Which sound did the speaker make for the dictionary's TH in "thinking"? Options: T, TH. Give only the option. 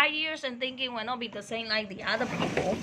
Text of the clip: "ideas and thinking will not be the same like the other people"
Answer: TH